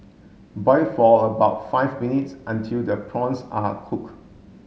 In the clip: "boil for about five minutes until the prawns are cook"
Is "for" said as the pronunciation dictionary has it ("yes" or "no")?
no